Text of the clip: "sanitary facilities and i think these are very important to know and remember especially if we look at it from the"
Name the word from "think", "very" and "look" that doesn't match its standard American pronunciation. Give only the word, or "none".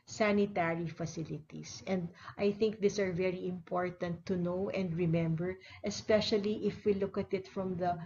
none